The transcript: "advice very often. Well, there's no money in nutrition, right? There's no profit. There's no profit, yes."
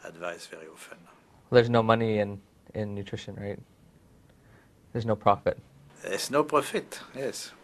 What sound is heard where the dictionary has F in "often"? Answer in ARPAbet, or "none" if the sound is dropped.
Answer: F